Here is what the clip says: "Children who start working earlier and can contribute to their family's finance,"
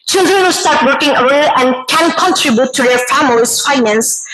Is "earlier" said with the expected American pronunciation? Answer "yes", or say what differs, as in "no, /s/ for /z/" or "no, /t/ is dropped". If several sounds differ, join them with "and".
no, /l/ is dropped